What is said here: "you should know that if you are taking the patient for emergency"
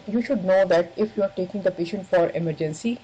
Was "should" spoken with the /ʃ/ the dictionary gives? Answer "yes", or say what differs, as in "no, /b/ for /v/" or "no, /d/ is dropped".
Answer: yes